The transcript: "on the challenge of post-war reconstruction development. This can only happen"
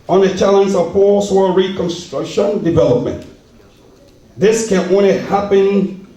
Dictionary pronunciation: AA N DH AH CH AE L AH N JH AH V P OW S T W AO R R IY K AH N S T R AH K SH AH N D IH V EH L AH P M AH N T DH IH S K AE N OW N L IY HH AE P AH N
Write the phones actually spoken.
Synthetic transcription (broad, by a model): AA N DH AH CH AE L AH N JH AH V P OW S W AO L R IY K AH N S T R AH K SH AH N D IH V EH L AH P M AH N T DH IH S K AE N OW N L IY HH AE P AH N